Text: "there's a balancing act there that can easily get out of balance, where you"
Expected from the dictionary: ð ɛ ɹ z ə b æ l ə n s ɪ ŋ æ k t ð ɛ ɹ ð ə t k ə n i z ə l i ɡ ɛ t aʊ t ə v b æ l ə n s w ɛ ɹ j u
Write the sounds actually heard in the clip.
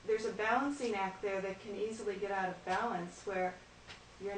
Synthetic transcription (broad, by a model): ð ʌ ɹ z ə b æ l ə n s ɪ ŋ æ k t ð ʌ ɹ ð ə t k ə n i z l i ɡ ɛ t aʊ t ə v b æ l ə n s w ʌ ɹ j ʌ